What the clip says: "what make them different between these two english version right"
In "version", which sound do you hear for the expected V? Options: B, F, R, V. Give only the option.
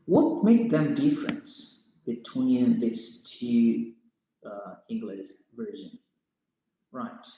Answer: V